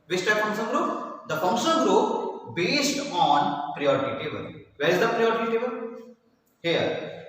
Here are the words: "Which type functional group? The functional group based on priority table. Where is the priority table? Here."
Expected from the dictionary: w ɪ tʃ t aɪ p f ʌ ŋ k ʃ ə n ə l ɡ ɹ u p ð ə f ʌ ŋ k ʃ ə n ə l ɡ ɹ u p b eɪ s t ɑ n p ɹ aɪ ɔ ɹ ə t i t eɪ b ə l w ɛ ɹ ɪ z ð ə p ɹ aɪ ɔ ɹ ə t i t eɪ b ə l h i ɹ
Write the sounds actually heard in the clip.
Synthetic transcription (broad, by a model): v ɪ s t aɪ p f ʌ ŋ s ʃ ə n ɡ ɹ u p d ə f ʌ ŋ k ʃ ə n ɡ ɹ u p b eɪ s t ɑ n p ɹ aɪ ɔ ɹ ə t i t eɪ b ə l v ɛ ɹ ɪ z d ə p ɹ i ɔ ɹ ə t i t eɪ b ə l h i ɹ